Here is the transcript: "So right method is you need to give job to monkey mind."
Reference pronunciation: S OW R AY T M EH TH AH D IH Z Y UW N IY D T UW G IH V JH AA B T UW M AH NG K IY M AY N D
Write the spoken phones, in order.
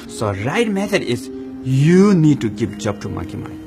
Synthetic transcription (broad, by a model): S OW R AY T M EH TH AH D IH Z Y UW N IY D T UW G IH P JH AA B T UW M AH K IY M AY